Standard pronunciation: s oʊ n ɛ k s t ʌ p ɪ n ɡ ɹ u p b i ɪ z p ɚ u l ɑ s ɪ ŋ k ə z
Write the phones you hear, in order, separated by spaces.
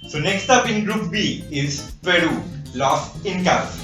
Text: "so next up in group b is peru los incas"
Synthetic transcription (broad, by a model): s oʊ n ɛ k s t ʌ p ɪ n ɡ ɹ u p b i ɪ z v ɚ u l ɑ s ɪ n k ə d